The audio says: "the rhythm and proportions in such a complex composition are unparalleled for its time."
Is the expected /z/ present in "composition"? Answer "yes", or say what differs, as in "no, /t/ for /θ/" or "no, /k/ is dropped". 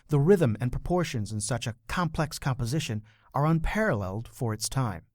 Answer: yes